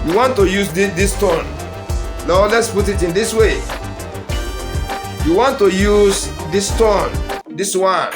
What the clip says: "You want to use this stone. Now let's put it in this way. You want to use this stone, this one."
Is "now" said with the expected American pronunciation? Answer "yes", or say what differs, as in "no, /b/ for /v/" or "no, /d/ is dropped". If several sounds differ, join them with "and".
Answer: no, /l/ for /n/